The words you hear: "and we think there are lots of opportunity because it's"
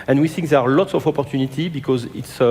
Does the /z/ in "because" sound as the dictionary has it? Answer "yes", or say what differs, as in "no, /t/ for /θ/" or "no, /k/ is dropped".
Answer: yes